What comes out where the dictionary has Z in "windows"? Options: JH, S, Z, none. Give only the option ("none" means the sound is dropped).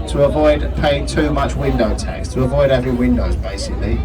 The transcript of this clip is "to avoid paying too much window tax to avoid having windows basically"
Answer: Z